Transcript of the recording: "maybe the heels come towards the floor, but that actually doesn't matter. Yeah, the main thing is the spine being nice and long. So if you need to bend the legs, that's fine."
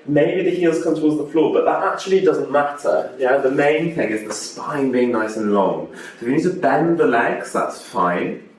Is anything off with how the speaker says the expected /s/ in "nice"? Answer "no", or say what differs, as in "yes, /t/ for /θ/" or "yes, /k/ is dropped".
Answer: no